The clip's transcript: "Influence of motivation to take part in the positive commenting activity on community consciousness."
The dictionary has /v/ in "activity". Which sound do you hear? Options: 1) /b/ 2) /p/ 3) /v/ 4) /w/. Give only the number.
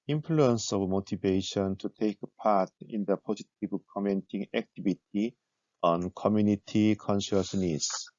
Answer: 1